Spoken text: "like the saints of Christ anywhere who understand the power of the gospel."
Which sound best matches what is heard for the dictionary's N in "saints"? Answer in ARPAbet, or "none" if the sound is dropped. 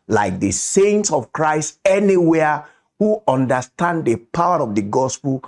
N